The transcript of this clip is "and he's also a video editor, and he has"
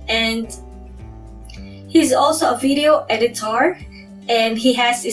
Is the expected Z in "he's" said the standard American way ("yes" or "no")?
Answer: yes